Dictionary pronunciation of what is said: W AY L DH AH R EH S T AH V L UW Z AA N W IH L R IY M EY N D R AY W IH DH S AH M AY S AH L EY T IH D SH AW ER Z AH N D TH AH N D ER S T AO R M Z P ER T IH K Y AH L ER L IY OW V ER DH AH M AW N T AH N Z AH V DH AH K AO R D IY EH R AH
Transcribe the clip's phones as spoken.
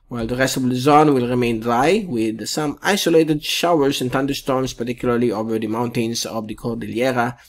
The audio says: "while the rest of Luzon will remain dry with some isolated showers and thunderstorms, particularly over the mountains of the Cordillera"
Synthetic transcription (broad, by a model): W AY L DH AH R EH S T AH V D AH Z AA N W IH L R IY M EY N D L AY W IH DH S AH M AY S AH L EY T IH D SH AW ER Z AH N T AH N D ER S T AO R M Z P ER T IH K Y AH L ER L IY OW V ER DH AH M AW N T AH N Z AH V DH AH K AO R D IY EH R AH